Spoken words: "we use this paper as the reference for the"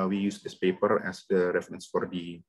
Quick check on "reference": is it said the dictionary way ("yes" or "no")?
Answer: yes